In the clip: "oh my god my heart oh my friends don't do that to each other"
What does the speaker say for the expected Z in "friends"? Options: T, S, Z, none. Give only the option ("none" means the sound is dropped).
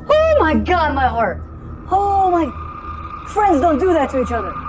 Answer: Z